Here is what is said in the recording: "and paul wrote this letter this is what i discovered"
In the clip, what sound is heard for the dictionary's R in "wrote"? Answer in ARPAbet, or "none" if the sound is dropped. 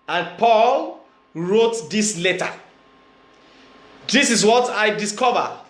R